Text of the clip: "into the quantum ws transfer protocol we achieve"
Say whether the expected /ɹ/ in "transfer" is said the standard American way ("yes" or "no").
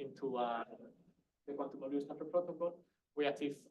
no